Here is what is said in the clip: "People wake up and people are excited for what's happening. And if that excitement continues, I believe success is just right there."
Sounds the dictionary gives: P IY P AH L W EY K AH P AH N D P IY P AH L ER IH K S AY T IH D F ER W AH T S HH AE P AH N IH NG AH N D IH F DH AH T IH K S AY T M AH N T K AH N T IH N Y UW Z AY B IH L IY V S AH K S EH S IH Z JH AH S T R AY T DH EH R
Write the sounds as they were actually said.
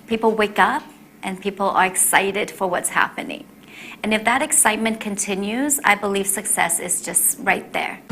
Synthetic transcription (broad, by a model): P IY P L W EY K AH P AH N P IY P L ER IH K S AY T IH D F ER W AH T S HH AE P AH N IH NG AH N IH F DH AH T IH K S AY T M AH N K AH N T IH N Y UW Z AY B IH L IY V S AH K S EH S IH Z JH AH S T R AY T DH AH R